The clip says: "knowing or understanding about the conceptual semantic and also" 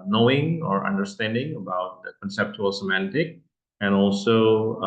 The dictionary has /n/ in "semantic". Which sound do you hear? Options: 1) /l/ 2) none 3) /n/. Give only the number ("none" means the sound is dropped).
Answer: 3